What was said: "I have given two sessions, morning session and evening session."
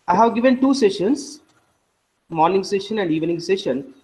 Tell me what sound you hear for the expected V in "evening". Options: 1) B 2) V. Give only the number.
2